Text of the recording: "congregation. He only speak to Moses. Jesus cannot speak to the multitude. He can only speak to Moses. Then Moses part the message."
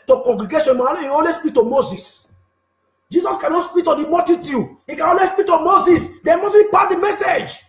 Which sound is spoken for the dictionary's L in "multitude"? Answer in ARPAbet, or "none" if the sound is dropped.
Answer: none